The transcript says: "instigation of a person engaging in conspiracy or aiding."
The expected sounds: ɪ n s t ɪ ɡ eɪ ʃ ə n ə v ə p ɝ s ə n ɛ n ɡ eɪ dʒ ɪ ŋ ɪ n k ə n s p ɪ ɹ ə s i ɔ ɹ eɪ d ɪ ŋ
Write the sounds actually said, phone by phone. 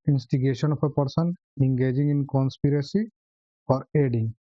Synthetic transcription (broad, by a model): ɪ n s t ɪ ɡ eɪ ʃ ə n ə p ə p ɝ s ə n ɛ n ɡ eɪ dʒ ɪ ŋ ɪ n k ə n s p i ɹ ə s i ɔ ɹ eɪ d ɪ ŋ